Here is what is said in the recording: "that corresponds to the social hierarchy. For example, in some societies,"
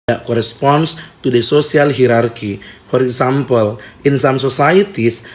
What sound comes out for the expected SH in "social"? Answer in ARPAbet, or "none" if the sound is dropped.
S